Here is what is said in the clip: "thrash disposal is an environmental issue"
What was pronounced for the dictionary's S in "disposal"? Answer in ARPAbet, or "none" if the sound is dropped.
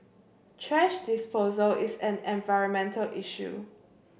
S